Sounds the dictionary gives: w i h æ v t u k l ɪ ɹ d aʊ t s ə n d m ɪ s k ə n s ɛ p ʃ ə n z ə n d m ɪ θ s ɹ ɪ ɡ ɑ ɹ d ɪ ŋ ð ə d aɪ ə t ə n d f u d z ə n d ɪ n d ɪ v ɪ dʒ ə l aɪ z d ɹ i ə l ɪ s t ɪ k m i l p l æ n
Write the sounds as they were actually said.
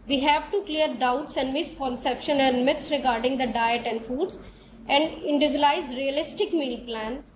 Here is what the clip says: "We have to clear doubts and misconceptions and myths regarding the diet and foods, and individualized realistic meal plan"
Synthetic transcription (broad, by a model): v i h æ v t u k l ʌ ɹ d aʊ t s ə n d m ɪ s k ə n s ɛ p ʃ ə n ə n d m ɪ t ɹ ɪ ɡ ɑ ɹ d ɪ ŋ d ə d aɪ ə t ə n d f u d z ə n d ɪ n d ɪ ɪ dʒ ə l aɪ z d ɹ i ə l ɪ s t ɪ k m i l p l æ n